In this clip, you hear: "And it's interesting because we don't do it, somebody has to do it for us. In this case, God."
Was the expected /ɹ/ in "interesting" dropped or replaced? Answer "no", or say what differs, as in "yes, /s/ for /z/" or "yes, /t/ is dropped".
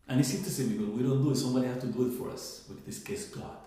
yes, /ɹ/ is dropped